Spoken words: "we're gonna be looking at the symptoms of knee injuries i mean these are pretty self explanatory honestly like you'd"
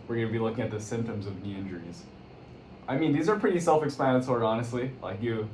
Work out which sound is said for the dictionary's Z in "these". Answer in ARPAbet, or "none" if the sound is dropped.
Z